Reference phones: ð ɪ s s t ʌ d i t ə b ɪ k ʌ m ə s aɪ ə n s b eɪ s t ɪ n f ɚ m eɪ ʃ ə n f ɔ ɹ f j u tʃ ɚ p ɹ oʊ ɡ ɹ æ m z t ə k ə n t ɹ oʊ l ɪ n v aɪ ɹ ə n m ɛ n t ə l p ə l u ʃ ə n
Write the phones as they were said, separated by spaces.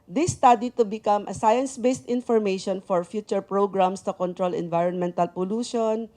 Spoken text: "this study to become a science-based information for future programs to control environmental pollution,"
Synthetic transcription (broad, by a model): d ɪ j s t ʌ d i t ə b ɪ k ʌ m ə s aɪ ə n s b eɪ s t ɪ n f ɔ m eɪ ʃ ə n f ɔ ɹ f j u tʃ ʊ p ɹ oʊ ɡ ɹ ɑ m s t ə k ə n t ɹ oʊ l ɪ n v aɪ ɹ ə n m ɛ n t ə l p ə l u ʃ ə n